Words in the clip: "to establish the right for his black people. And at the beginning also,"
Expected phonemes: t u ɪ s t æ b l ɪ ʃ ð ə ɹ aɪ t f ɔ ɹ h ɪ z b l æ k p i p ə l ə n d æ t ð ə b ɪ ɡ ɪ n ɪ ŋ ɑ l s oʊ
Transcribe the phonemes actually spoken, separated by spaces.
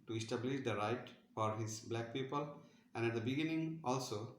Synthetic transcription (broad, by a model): t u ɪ s t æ b l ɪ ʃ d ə ɹ aɪ t f ɔ ɹ h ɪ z b l æ k p i p ə l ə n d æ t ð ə b ɪ ɡ ɪ n ɪ ŋ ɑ l s oʊ